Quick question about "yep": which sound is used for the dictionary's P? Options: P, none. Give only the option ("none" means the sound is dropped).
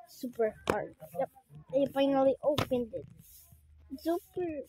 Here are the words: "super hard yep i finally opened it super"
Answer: none